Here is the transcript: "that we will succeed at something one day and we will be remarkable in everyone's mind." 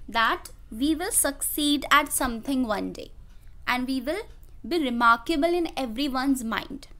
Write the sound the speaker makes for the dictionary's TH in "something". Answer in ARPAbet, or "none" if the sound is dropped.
T